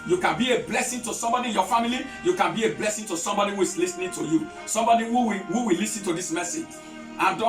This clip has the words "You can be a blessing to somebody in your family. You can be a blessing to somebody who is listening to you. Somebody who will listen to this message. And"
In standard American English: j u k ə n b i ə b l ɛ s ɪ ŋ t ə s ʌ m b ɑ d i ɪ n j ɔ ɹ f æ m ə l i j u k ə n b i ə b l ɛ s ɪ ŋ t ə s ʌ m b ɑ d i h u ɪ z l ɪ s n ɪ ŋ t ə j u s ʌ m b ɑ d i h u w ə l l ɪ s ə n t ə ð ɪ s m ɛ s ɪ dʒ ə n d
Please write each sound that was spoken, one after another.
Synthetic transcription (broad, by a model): j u k ə n b i ə b l ɛ s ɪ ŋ t ə s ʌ m b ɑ d i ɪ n j ɔ f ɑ m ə l i j u k ə n b i ə b l ɛ s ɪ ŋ t ə s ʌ m b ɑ d i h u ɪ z l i s n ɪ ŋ t ə j u s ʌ m b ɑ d i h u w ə w l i s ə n t ə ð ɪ s m ɛ s ɪ dʒ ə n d